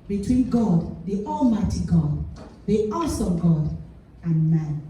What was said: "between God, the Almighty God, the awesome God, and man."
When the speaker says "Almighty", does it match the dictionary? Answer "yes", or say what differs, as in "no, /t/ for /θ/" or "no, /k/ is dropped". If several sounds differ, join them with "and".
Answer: yes